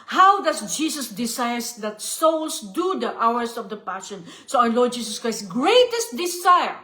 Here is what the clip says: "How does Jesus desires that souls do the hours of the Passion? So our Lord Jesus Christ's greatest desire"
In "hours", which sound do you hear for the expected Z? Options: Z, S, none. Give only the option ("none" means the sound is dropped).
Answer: S